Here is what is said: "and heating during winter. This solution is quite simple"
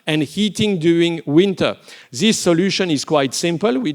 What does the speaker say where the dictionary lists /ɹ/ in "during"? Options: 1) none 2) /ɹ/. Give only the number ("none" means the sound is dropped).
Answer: 1